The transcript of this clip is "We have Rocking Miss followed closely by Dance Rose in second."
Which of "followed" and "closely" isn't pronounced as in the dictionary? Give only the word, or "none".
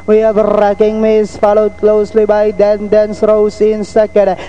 none